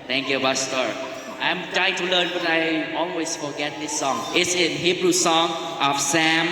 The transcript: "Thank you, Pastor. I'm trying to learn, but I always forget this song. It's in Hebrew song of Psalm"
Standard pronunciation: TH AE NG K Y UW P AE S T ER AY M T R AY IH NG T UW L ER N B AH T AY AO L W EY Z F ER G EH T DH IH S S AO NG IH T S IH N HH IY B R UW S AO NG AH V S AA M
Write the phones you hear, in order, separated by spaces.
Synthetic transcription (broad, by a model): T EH NG K Y UW B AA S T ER AY M T R AY IH NG T UW L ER N B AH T AY AO L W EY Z F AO G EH T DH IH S S AO NG IH T S IH N HH IY B R UW S AO NG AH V S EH M